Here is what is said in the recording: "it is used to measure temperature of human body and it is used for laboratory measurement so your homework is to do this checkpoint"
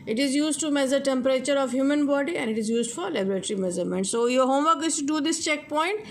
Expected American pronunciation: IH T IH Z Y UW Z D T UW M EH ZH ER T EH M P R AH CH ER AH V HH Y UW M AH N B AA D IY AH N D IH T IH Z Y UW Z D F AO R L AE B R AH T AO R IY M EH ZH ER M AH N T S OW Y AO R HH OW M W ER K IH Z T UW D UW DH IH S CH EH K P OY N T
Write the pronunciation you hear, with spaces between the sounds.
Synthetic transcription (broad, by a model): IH T IH Z Y UW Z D T UW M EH Z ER T EH M P R AH CH ER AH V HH Y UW M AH N B AA D IY AH N D IH T IH Z Y UW Z D F AO R L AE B R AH T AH R IY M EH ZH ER M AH N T S OW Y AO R HH OW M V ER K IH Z T UW D UW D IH S CH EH K P OY N T